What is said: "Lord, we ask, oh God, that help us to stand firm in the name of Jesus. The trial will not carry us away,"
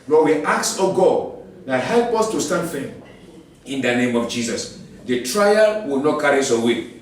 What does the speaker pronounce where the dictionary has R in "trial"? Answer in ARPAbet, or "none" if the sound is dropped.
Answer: R